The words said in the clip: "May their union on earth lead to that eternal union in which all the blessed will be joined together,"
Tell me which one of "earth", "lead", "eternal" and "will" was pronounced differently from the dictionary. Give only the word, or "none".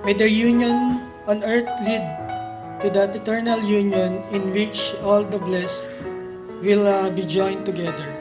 earth